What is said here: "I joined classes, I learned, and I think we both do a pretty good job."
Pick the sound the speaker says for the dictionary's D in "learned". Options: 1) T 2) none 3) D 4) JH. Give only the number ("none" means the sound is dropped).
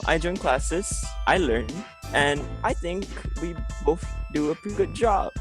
2